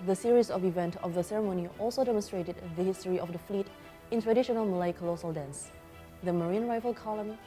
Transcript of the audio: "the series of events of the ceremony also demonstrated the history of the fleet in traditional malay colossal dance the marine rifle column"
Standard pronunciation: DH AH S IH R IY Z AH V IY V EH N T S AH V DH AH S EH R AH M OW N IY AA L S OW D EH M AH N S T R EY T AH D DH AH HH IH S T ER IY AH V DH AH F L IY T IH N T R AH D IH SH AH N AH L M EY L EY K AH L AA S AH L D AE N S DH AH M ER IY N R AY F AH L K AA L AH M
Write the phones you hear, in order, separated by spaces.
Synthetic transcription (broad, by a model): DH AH S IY R IY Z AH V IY V EH N T AH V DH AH S EH R AH M OW N IY AA L S OW D EH M AH N S T R EY T AH D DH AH HH IH S T ER IY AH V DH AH F L IY T IH N T R AH D IH SH AH N AH L M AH L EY K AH L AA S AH L D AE N S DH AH M ER IY N R AY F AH L K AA L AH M